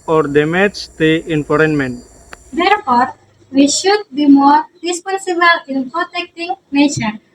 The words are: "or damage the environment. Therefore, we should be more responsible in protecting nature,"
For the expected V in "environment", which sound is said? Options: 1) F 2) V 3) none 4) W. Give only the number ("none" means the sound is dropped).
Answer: 1